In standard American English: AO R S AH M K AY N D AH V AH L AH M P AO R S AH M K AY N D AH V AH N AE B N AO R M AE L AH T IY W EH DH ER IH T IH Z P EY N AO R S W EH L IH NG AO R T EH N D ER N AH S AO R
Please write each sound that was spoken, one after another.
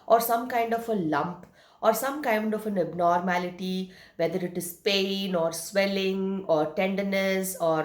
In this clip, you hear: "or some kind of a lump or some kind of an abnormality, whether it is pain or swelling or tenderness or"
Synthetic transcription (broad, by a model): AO R S AH M K AY N D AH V AH L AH M P AO R S AH M K AY N D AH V AH N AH B N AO R M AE L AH T IY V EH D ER IH T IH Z P EY N AO R S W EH L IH NG AO R T EH N D ER N AH S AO R